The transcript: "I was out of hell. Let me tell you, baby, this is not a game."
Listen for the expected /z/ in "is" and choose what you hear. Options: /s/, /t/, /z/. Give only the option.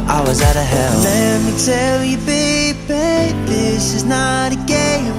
/z/